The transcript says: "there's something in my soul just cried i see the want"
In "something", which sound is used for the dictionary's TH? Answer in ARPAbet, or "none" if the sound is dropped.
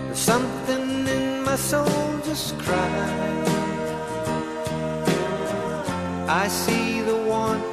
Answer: TH